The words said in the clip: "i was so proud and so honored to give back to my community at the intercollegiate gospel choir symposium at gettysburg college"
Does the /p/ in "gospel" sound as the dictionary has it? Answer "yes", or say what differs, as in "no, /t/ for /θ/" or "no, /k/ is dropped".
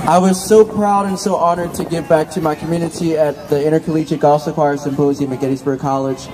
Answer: no, /p/ is dropped